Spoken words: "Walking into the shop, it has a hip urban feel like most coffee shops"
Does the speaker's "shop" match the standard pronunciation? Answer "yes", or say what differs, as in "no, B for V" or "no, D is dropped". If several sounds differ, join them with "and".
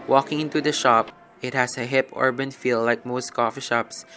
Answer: yes